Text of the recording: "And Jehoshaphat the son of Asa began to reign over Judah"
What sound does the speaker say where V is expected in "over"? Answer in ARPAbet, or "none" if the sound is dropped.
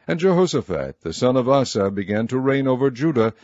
V